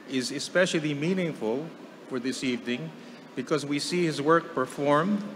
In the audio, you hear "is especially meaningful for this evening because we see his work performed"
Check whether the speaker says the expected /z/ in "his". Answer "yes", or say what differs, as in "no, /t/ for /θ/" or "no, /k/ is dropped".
yes